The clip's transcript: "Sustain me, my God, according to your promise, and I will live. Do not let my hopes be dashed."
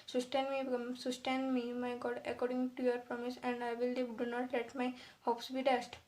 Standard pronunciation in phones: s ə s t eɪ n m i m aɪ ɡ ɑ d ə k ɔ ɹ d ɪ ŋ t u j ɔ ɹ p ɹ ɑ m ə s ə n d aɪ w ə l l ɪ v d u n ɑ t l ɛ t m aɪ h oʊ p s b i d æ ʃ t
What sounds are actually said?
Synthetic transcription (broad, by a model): s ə s t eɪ n m i m aɪ ɡ ɑ d ə k ɔ ɹ d ɪ ŋ t u j ɔ ɹ p ɹ ɑ m ə s ə n d aɪ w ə l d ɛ d u n ɑ t l ɛ t m aɪ h oʊ p s b i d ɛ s t